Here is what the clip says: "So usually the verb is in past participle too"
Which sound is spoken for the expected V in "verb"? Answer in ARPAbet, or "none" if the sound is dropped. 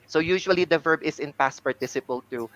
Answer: V